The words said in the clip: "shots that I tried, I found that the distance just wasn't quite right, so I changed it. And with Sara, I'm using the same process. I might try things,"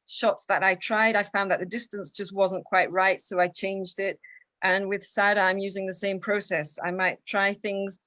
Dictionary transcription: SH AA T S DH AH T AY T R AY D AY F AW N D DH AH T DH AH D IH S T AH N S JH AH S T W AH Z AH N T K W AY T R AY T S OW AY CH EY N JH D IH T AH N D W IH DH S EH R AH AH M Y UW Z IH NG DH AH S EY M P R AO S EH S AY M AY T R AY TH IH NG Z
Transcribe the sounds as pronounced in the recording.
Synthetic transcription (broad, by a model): SH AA T S DH AH T AY T R AY D AY F AW N DH AH T DH AH D IH S T AH N S JH AH S T W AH Z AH N K W AY T R AY T S OW AY CH EY N JH D IH T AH N W IH DH S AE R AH AH M Y UW Z IH NG DH AH S EY M P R AO S EH S AY M AY T R AY TH IH NG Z